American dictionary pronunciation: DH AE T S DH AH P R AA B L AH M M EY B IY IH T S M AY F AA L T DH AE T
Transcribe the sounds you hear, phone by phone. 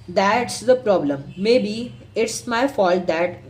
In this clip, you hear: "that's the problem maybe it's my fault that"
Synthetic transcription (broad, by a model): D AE T S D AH P R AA B L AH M M EY B IY IH T S M AY F AA L T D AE T